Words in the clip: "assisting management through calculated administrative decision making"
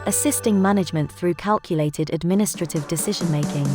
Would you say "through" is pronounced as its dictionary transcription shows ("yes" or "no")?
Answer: yes